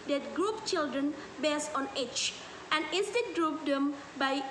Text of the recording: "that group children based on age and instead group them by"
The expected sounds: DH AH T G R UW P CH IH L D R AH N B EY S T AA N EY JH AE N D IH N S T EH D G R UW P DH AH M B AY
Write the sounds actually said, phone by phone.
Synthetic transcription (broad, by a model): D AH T G R UW P CH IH L D R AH N B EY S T AA N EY CH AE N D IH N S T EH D G R UW P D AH M B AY